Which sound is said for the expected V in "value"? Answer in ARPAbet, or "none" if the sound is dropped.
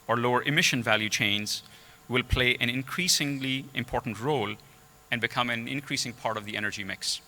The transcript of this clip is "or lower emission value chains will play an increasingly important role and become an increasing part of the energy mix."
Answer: V